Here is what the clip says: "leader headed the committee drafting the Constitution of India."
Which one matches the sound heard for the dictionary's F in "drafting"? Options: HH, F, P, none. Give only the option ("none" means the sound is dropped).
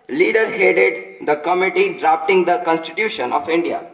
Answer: P